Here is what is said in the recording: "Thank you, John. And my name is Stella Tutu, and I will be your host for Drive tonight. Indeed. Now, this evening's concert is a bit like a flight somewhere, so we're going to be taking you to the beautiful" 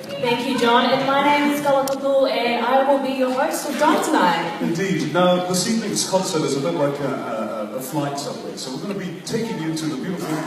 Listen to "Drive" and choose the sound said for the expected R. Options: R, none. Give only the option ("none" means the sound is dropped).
none